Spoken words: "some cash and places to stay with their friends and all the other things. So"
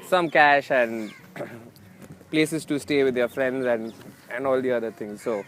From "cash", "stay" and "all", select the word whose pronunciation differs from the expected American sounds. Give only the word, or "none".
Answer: none